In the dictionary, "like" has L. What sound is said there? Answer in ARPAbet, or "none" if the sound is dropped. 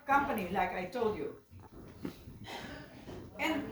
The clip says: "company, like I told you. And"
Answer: L